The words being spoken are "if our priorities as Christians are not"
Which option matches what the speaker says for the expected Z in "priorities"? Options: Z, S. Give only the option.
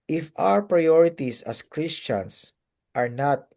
S